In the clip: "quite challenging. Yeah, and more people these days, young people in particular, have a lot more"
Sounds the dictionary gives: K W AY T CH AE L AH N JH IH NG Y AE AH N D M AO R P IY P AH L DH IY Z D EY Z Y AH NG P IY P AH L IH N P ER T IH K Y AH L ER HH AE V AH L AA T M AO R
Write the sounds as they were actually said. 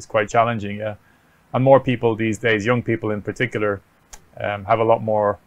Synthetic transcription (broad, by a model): K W AY T CH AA L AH N JH IH NG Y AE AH N M AO R P IY P AH L DH IY Z D EY Z Y AH NG P IY P AH L IH N P ER T IH K Y L ER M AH V AH L AA T M AO R